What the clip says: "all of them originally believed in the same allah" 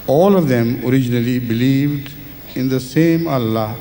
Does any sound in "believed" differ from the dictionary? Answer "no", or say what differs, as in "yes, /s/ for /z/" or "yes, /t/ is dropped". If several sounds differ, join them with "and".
no